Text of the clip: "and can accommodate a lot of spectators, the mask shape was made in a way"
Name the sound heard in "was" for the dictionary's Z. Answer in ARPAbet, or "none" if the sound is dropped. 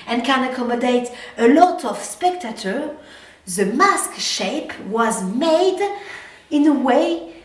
Z